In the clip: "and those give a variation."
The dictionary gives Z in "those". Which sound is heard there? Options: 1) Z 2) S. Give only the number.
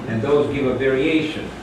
1